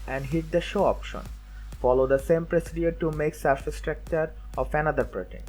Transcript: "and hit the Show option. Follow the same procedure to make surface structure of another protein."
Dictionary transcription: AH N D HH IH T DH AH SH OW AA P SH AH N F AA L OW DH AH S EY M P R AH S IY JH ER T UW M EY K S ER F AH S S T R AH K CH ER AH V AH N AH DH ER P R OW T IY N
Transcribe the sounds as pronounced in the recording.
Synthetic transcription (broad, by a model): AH N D HH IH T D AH SH OW AA P SH AH N F AA L OW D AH S EY M P R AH S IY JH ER T UW M EY K S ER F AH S S T R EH K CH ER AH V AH N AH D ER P R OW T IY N